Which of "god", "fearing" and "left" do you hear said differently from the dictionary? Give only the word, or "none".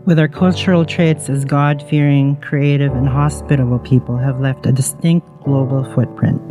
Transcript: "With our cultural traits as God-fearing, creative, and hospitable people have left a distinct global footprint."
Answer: none